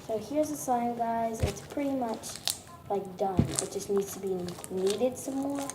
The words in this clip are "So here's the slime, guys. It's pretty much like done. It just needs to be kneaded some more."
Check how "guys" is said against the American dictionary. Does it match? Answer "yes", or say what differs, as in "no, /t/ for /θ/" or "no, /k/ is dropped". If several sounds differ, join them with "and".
yes